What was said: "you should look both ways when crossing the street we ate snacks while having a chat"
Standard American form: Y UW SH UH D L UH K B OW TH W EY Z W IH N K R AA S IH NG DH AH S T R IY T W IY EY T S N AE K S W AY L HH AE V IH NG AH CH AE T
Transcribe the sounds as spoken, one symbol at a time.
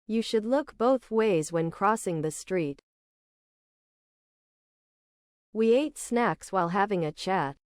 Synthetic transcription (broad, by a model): Y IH SH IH D L UH K B OW TH W EY Z W IH N K R AA S IH NG DH AH S T R IY T W IY EY T S N AE K S W AY L HH AE V IH NG AH CH AE T